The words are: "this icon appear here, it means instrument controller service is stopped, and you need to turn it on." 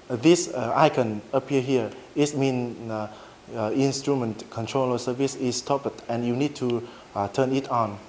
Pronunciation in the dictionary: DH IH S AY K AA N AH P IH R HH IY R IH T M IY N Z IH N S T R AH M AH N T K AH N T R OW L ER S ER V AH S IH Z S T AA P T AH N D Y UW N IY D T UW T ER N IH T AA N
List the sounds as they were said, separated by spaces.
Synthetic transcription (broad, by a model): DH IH S AY K AA N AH P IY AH HH IY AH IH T M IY N IH N S T R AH M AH N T K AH N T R OW L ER S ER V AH S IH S T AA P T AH N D Y UW N IY D T UW T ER N IH T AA N